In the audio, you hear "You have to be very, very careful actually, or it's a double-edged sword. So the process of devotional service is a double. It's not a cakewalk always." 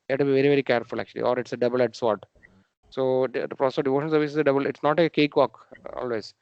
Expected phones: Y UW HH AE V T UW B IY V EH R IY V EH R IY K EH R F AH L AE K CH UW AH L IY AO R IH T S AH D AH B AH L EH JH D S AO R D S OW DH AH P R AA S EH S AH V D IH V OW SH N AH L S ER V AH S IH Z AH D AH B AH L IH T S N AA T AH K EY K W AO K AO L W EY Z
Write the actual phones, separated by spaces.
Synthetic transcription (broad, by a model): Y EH T UW B IY V EH R IY V EH R IY K EH R F AH L AE K CH UW AH L IY AO R IH T S AH D AH B AH L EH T S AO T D S OW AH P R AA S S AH D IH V OW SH AH N S ER V AH S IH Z AH D AH B AH L IH T S N AA T AH K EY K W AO K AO L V EY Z